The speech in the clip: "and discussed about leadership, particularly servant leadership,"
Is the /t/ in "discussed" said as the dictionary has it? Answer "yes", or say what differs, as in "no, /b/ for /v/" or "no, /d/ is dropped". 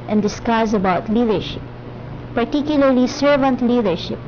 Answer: no, /t/ is dropped